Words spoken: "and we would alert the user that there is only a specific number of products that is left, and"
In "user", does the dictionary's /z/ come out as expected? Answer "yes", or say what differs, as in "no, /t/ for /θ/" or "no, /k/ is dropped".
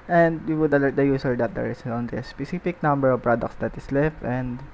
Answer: no, /s/ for /z/